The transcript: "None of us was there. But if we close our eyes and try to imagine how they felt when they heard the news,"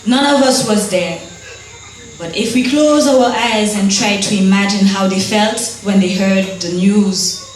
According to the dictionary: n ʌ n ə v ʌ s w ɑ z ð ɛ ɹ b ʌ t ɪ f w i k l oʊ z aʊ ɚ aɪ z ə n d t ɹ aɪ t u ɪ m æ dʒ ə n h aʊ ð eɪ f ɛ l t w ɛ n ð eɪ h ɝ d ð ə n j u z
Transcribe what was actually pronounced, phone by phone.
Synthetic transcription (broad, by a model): n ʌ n ə v ʌ s w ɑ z ð ɛ ɹ b ʌ t ɪ f w i k l oʊ z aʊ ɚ aɪ z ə n t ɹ aɪ t u ɪ m æ dʒ ə n h aʊ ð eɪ f ɛ l t w ɛ n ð eɪ h ɝ d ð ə n j u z